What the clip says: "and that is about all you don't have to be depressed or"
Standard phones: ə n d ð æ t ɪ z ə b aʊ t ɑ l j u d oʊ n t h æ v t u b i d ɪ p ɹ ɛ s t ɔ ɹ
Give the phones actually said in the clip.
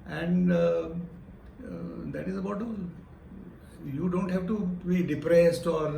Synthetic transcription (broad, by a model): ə n d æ t ɪ z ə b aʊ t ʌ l j u d oʊ n t h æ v t u b i d ɪ p ɹ ɛ s t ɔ ɹ